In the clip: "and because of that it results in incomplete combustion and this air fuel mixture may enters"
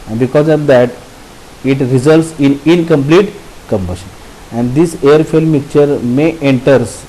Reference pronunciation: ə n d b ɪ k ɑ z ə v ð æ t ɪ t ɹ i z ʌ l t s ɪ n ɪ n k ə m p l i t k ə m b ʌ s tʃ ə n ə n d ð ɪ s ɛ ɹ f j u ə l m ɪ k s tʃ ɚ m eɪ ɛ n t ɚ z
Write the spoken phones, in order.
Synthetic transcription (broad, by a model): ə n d b ɪ k ɑ z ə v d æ t ɪ t ɹ i z ʌ l t s ɪ n ɪ n k ə m p l i t k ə m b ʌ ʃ ə n ə n d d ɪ s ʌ ɹ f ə l m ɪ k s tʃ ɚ m eɪ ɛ n t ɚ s